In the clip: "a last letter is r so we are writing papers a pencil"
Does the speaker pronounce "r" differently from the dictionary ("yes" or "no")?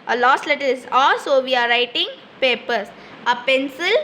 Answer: yes